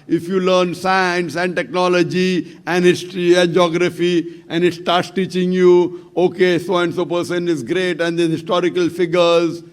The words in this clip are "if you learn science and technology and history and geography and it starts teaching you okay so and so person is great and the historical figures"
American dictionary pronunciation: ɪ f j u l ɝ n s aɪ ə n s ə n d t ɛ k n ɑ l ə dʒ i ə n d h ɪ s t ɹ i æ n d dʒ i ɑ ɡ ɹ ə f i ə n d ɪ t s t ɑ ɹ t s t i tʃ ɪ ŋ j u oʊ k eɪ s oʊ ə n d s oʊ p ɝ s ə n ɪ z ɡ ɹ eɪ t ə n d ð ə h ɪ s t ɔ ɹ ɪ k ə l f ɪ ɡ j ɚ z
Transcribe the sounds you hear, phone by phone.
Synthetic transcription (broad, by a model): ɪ f j u l ɝ n s aɪ ə n s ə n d t ɛ k n ɑ l ə dʒ i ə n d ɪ t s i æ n dʒ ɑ ɡ ɹ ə f i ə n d ɪ t s t ɑ ɹ t s t i tʃ ɪ ŋ j u oʊ k eɪ s oʊ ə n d s oʊ p ɝ s ə n ɪ z ɡ ɹ eɪ t ə n d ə h ɪ s t ɔ ɹ ɪ k ə l f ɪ ɡ ɚ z